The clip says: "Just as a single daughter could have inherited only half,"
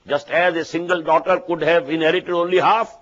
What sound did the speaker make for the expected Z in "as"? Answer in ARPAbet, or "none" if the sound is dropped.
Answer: Z